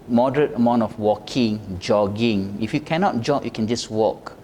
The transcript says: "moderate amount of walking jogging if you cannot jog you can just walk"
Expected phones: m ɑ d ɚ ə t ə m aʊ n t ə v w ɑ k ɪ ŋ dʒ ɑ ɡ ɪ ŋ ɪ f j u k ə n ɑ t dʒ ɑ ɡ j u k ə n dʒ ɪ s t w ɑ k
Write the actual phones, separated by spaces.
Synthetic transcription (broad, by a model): m ɑ d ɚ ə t ə m aʊ n t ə f w ɑ k ɪ ŋ dʒ ɑ ɡ ɪ ŋ ɪ f j u k ə n ɑ t dʒ ɑ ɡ j u k ə n dʒ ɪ s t w ɑ k